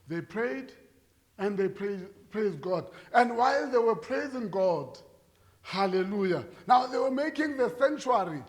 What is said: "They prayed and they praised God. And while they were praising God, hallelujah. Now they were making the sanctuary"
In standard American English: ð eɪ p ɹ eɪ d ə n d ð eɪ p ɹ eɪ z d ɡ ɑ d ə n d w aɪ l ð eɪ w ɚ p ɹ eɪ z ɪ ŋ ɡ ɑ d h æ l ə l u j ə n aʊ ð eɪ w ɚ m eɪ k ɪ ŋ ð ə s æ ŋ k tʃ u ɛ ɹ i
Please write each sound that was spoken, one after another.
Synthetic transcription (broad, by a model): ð eɪ p ɹ eɪ d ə n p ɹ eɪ p ɹ eɪ z d ɡ ɑ d ə n d w aɪ l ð eɪ w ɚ p ɹ eɪ z ɪ ŋ ɡ ɑ d h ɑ l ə l u j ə n aʊ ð eɪ w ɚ m eɪ k ɪ ŋ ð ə s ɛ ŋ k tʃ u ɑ ɹ i